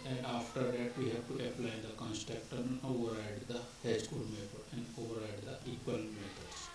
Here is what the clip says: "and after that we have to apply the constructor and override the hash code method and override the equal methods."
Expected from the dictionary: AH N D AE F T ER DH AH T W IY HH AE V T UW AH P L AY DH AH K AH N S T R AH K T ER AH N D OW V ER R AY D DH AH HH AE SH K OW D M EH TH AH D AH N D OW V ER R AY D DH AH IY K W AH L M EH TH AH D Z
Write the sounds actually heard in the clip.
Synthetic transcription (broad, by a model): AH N D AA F T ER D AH T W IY HH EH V T UW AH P L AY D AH K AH N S T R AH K T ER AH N OW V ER R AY D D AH HH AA S K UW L M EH T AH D AH N D OW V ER R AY D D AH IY K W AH L M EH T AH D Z